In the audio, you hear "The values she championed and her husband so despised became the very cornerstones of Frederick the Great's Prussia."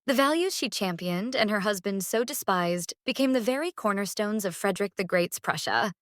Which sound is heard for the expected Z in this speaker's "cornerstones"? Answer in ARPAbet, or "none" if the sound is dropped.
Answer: Z